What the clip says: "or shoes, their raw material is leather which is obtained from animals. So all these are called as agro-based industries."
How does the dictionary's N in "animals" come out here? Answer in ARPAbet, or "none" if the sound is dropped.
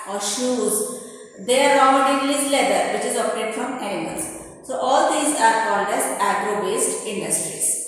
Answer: none